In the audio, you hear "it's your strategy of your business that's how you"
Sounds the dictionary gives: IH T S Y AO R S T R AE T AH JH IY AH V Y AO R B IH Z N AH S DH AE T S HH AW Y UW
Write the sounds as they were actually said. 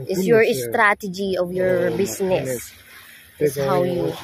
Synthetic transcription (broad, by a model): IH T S Y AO R S T R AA T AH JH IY AH V Y AO R B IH S N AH S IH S HH AW Y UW